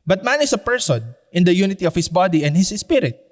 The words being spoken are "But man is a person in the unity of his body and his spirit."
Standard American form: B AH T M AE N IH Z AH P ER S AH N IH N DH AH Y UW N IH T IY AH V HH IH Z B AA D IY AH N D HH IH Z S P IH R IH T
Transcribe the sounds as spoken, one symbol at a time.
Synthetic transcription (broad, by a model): B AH T M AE N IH S AH P ER S AH N IH N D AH Y UW N IH T IY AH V HH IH S B AA D IY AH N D HH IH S S P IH R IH T